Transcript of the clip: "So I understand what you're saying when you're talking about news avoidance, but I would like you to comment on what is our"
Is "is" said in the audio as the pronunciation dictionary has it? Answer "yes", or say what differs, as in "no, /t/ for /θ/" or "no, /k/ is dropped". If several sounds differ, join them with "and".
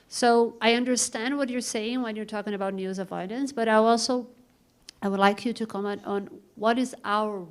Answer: yes